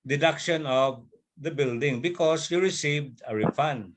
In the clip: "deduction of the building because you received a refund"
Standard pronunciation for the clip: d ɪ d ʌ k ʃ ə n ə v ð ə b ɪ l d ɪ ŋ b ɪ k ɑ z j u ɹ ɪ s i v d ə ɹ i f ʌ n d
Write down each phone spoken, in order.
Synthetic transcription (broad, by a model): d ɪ d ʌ k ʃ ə n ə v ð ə b ɪ l d ɪ ŋ b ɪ k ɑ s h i ɹ ɪ s i v d ə ɹ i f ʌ n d